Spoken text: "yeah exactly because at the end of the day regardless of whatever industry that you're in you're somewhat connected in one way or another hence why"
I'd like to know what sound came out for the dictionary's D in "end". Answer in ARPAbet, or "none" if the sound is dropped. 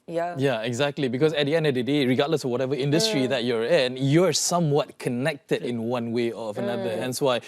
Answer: D